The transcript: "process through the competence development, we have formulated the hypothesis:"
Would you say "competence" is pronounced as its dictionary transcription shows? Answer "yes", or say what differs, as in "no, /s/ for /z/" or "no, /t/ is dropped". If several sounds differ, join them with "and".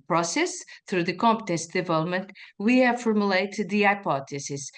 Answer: yes